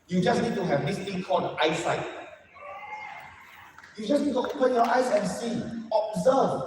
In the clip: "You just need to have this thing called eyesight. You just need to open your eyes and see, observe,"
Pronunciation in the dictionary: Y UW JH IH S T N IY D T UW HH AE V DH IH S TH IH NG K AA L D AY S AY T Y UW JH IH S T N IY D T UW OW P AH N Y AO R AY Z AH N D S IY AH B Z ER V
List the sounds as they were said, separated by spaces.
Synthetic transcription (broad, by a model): Y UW JH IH S N IY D T UW HH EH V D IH S T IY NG K AA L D AY S AY T Y UW JH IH S N IY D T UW OW P AH N Y AO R AY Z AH N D S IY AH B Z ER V